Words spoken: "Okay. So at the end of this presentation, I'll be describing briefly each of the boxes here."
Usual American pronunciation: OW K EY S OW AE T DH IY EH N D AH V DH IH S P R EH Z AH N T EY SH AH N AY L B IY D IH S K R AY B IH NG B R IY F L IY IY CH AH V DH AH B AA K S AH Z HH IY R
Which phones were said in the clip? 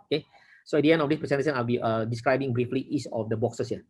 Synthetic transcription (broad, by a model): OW K EY S OW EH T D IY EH N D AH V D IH S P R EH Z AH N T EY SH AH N AY L B IY D IH S K R AY B IH NG B R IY F L IY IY S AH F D AH B AA K S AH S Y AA